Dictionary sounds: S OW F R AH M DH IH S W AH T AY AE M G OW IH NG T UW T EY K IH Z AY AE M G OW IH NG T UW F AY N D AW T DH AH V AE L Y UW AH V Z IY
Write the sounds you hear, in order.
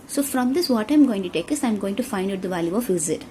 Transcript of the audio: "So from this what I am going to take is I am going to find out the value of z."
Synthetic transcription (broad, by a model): S OW F R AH M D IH S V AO T AY M G OW IH NG T UW T EY K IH S AY M G OW IH NG T UW F AY N D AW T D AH V AE L Y UW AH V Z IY